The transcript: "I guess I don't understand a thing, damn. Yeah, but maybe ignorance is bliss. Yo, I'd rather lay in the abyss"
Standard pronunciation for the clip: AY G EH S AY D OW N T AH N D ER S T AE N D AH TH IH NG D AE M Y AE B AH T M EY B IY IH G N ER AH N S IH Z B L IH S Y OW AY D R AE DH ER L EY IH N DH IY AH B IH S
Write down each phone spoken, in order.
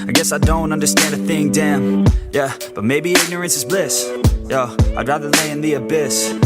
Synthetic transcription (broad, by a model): AY G EH S AY D OW N T AH N D ER S T AE N D AH TH IH NG D AE M Y AE B AH T M EY B IY IH G N ER AH N S IH Z B L IH S Y OW AY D R AE DH ER L EY IH N DH IY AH B IH S